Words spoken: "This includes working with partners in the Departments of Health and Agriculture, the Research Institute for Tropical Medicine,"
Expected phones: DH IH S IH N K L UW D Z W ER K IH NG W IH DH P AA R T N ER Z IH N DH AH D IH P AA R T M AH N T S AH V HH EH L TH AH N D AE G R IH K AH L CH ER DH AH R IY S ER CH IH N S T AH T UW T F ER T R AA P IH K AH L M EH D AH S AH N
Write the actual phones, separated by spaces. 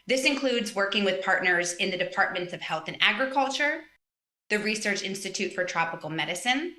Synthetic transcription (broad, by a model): DH IH S IH N K L UW D Z W ER K IH NG W IH DH P AA R T N ER Z IH N DH AH D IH P AA R T M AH N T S AH V HH EH L TH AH N AE G R IH K AH L CH ER DH AH R IY S ER CH IH N S T AH T UW T F ER T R AA P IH K L M EH D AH S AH N